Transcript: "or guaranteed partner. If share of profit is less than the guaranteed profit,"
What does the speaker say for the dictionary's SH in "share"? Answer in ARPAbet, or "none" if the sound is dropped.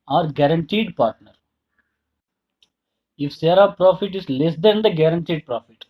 S